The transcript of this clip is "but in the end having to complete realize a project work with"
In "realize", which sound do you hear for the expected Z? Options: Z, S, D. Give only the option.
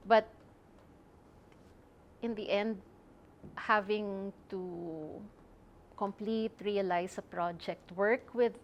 S